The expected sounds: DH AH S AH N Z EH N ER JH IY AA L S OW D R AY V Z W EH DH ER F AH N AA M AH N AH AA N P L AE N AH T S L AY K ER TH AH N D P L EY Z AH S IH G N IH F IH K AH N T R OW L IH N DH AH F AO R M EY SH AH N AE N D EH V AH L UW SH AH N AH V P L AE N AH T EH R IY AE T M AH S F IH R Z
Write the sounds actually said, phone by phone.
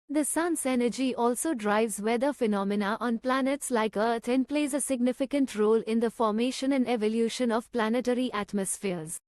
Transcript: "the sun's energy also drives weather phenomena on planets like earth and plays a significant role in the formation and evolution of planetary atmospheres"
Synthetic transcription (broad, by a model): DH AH S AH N S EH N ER JH IY AA L S OW D R AY V Z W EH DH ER F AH N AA M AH N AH AA N P L AE N AH T S L AY K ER T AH N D P L EY Z AH S IH G N IH F IH K AH N T R OW L IH N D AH F AO R M EY SH AH N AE N D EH V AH L UW SH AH N AH V P L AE N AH T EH R IY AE T M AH S F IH R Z